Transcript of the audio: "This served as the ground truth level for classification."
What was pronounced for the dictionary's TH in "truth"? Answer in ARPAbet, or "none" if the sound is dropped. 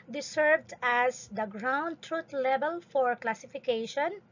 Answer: T